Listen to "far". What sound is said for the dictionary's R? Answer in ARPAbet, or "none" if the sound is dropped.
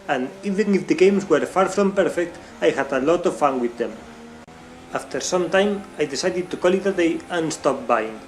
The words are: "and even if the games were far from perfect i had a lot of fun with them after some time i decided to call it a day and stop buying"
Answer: R